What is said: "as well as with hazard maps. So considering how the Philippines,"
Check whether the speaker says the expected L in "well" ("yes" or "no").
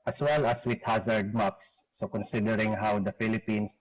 yes